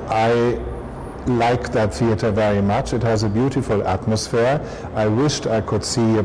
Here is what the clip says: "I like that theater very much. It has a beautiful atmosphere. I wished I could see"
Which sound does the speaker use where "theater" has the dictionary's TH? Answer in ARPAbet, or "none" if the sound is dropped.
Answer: TH